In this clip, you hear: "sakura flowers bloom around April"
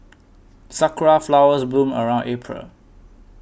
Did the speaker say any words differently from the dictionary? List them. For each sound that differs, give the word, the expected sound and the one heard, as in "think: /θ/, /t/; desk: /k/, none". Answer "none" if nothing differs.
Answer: bloom: /l/, none